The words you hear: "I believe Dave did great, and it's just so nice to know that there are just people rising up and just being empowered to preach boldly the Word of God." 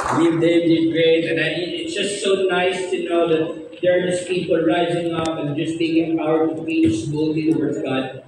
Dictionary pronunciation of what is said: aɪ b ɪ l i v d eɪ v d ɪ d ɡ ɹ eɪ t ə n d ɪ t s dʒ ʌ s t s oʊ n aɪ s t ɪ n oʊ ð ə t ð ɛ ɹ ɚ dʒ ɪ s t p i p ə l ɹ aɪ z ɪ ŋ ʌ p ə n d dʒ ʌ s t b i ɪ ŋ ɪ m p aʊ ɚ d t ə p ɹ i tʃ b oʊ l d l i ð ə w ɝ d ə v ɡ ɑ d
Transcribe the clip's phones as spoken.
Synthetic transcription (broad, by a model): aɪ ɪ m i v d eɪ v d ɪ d ɡ ɹ eɪ t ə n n ɪ t s dʒ ʌ s t s oʊ n aɪ s t ɪ n oʊ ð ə t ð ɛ ɹ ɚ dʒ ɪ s p i p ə l ɹ aɪ z ɪ ŋ ʌ p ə n dʒ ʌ s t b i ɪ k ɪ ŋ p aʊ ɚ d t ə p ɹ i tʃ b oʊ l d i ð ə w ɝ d ə v ɡ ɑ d